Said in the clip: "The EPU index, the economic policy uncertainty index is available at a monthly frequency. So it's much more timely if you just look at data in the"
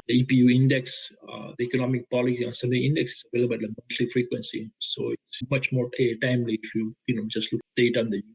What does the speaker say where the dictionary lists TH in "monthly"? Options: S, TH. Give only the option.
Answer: S